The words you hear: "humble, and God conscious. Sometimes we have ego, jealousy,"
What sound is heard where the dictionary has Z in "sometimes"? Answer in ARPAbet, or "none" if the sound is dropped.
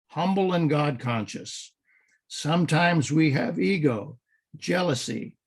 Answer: Z